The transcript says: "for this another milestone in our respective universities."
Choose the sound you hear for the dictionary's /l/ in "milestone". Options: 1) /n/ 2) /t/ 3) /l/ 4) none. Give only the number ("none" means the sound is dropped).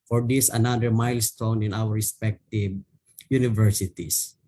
3